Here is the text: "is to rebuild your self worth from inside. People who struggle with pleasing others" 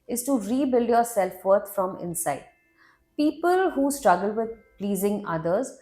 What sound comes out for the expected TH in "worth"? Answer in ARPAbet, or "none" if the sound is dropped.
T